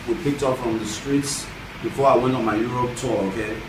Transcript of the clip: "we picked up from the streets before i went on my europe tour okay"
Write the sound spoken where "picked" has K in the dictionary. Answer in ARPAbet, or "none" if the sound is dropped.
K